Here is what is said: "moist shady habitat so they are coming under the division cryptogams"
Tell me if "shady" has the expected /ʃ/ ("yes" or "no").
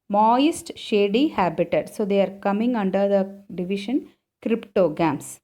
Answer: yes